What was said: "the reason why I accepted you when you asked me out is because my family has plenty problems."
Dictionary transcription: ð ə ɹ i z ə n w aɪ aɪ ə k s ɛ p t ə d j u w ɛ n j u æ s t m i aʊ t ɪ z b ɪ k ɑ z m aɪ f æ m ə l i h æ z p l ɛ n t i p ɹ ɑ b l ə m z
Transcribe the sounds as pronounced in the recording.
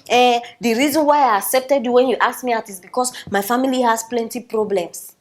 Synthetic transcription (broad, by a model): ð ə ɹ i z ə n w aɪ aɪ ə k s ɛ p t ə d j u w ɛ n j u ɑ s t m i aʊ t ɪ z b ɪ k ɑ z m aɪ f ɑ m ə l i h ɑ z p l ɛ n t i p ɹ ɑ b l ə m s